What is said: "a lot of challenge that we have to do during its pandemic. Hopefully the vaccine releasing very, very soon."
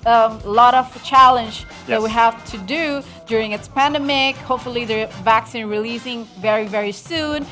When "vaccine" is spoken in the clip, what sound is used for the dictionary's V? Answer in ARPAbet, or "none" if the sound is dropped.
V